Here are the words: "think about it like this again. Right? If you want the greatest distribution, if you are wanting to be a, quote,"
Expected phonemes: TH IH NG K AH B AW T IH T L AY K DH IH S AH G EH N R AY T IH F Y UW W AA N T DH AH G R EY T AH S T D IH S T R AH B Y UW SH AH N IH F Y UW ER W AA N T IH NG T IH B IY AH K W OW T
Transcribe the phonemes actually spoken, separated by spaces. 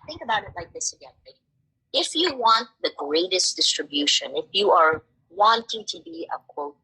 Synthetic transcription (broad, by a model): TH IH NG K AH B AW T IH T L AY K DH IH S AH G EH N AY IH F Y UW W AA N T DH AH G R EY T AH S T D IH S T R AH B Y UW SH AH N IH F Y UW ER W AA N T IH NG T IH B IY AH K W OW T